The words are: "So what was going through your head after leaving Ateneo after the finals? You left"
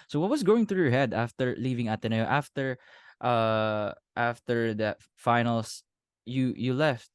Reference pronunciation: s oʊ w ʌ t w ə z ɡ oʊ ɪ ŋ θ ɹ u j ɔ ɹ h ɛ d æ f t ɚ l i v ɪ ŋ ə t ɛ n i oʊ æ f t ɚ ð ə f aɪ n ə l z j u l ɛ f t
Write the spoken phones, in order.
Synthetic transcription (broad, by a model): s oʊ w ʌ t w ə s ɡ oʊ ɪ ŋ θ ɹ u j ɔ ɹ h ɛ d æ f t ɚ l i v ɪ ŋ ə t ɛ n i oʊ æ f t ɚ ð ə f aɪ n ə l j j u l ɛ f t